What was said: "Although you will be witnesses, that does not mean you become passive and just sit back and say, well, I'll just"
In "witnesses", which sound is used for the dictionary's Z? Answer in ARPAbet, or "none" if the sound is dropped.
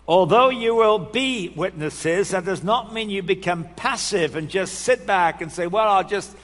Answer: Z